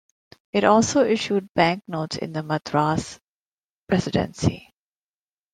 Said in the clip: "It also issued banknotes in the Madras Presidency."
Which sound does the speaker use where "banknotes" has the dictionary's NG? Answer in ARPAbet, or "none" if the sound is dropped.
NG